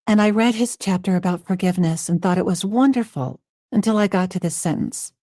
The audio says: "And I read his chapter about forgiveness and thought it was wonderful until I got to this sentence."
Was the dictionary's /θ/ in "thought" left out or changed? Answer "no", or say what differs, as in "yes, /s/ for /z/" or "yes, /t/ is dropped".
no